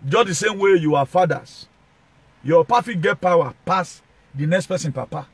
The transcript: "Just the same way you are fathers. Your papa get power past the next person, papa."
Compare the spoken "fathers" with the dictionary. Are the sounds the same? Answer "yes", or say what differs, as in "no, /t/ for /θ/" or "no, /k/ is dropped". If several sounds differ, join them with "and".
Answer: no, /s/ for /z/